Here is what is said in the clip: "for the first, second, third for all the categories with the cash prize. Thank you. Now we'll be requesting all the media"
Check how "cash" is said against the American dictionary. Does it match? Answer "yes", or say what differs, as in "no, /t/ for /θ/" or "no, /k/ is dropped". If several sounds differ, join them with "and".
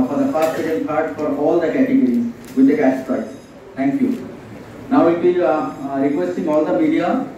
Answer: no, /s/ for /ʃ/